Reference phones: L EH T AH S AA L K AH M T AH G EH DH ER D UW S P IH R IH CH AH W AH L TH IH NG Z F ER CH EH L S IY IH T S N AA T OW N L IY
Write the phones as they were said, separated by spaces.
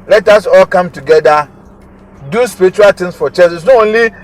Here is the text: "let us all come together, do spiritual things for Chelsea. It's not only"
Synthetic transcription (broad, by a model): L EH T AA S AA L K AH M T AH G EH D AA D UW S P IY R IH CH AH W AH L T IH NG S F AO CH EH S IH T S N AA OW N L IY